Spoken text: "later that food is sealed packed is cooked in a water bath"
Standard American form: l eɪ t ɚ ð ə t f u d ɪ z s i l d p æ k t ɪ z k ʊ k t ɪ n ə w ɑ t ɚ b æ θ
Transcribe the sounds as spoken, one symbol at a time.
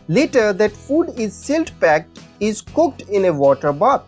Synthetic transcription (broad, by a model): l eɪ t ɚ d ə t f u d ɪ z s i l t p æ k t ɪ z k ʊ k t ɪ n ə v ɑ t ɚ b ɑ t